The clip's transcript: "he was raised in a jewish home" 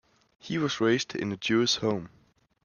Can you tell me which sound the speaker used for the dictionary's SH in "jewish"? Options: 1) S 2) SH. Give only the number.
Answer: 1